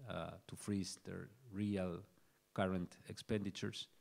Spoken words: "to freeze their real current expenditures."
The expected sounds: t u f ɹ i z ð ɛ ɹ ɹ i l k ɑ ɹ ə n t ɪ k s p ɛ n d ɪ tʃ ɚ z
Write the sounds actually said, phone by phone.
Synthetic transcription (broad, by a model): t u f ɹ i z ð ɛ ɹ ɹ i l k ɑ ɹ ə n t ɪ k s p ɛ n d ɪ tʃ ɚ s